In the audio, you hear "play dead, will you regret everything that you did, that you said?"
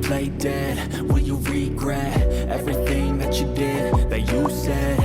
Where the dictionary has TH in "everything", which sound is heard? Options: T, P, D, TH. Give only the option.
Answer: TH